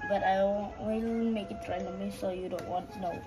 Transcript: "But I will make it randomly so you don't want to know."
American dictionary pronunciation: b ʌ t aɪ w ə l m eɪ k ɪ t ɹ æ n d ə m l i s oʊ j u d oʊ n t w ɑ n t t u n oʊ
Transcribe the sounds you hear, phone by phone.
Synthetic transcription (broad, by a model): b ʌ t aɪ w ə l m eɪ k ɪ t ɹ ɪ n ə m i s oʊ j u d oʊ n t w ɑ n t t u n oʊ